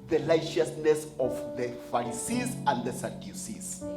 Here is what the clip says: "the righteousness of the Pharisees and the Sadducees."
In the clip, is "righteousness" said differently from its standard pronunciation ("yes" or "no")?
yes